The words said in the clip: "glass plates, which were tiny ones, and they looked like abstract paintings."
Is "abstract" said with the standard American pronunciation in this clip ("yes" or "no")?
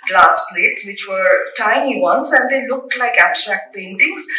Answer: yes